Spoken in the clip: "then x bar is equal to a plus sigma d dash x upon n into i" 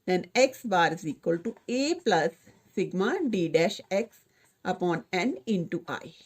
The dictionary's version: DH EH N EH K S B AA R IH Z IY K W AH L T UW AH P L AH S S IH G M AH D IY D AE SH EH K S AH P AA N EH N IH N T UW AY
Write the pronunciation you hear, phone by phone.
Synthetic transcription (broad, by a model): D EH N EH K S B AA R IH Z IY K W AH L T UW AH P L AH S S IH G M AH D IY D AE SH EH K S AH P AA N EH N IH N T UW AY